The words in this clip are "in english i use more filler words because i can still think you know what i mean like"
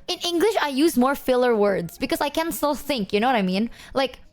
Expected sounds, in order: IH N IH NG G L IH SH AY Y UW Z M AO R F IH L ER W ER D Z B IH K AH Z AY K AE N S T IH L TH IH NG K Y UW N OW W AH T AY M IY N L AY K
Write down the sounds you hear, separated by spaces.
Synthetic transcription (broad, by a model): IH N IH NG G L IH SH AY Y UW Z M AO R F IH L ER W ER D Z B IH K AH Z AY K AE N S T IH L TH IH NG K Y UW N OW W AH T AY M IY N L AY K